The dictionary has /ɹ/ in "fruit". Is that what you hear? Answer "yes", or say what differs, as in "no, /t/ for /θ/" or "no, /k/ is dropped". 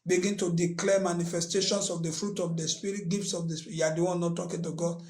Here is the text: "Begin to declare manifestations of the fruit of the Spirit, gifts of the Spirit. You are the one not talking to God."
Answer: yes